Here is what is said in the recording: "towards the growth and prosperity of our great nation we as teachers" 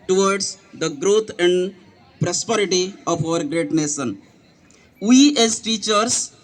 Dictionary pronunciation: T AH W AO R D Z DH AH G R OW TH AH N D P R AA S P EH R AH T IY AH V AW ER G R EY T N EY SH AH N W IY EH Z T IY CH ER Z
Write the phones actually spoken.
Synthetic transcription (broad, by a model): T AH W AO R D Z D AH G R OW T AH N D P R AA S P EH R AH T IY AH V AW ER G R EY T N EY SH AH N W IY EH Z T IY CH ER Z